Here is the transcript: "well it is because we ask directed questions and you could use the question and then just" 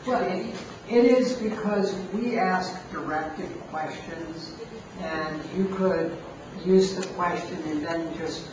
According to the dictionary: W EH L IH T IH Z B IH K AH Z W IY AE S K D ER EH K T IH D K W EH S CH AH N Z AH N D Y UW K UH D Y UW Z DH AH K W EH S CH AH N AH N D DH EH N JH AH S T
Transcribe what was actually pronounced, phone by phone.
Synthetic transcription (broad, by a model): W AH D IH T IH Z B IH K AH Z W IY AE S K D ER EH K T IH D K W EH S CH AH N Z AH N Y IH K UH D Y UW Z DH AH K W EH S CH AH N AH N DH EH N JH AH S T